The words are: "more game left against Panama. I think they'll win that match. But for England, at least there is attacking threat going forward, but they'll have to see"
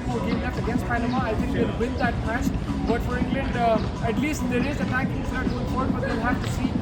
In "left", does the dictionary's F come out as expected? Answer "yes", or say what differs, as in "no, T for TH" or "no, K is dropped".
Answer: no, F is dropped